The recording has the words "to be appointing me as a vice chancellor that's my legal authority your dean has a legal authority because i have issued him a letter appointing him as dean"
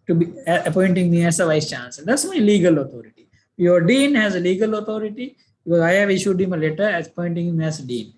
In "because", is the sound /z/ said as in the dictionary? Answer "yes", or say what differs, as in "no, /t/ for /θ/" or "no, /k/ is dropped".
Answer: no, /z/ is dropped